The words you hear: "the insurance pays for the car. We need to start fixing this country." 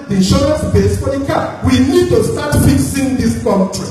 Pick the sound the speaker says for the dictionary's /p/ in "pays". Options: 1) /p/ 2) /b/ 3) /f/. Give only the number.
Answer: 2